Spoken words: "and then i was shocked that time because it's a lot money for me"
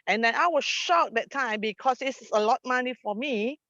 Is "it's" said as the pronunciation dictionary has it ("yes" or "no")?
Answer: no